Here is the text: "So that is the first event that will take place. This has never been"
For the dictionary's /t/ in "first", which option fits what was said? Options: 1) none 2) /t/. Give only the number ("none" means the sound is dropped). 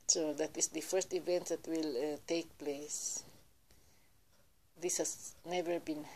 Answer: 2